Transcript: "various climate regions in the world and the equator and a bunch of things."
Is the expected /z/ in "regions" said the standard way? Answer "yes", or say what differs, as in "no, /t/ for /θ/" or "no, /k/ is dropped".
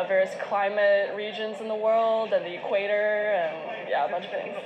yes